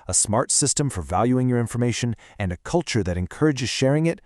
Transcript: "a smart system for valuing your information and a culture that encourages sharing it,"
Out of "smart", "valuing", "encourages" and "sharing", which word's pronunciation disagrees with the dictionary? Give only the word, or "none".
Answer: none